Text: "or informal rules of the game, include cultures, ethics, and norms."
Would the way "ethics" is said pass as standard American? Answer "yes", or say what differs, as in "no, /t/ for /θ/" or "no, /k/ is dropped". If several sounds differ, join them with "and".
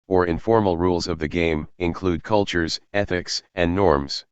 yes